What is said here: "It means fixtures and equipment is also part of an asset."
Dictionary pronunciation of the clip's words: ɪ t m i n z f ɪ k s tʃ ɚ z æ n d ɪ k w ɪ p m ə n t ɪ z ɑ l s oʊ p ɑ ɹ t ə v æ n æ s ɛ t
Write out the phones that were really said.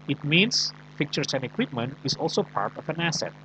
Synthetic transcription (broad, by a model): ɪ t m i n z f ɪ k tʃ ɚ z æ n d ɪ k w ɪ p m ə n t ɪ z ɑ l s oʊ p ɑ ɹ t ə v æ n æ s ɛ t